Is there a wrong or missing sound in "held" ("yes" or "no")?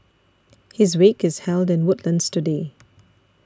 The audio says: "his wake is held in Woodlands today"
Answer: no